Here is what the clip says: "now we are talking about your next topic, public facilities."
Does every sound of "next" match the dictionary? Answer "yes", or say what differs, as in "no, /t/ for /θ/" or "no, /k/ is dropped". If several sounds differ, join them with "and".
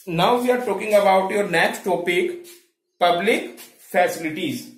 no, /s/ is dropped